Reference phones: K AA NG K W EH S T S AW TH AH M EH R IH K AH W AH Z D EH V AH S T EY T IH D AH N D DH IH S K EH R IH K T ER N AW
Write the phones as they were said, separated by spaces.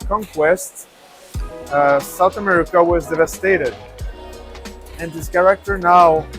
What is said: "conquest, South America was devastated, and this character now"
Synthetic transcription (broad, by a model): K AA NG K W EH S T S AW TH AH M EH R IH K AH W AH Z D EH V AH S T EY T IH D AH N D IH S K EH R IH K T ER N AW